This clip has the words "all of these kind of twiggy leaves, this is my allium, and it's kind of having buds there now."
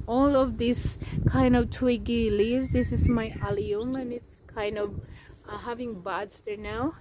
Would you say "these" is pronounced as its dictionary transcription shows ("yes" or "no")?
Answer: no